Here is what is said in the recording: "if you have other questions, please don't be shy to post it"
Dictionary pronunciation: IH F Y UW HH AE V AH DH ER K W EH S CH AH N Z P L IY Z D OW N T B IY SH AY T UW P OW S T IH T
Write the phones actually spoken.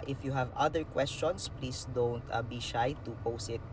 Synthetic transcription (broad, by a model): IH F Y UW HH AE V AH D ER K W EH S CH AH N S P L IY S D OW N T B IY SH AY T UW P OW S IH T